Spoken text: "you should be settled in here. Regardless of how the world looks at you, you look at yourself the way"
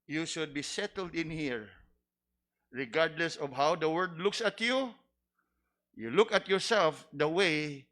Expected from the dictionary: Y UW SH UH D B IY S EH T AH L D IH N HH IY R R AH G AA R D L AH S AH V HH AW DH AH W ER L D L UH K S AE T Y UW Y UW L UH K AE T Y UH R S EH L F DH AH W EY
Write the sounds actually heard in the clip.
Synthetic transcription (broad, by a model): Y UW SH UH D B IY S EH T AH L D IH N HH IY R R AH G AA R D L AH S AH V HH AW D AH W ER D L UH K S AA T Y UW Y UW L UH K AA T Y UH R S EH L F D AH W EY